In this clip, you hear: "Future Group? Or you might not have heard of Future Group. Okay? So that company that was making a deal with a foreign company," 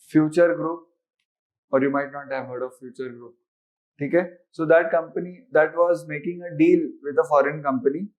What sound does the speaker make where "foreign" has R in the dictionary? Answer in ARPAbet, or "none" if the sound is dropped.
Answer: R